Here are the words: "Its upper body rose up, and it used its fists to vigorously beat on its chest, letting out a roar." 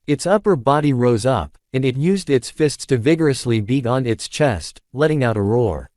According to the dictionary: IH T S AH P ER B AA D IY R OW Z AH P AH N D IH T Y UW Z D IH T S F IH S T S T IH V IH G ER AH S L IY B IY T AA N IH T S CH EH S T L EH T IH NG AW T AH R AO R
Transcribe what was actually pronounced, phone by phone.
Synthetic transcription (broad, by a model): IH T S AH P ER B AA D IY R OW Z AH P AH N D IH T Y UW Z D IH T S F IH S T S T IH V IH G ER AH S L IY B IY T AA N IH T S CH EH S T L EH T IH NG AW T AH R AO R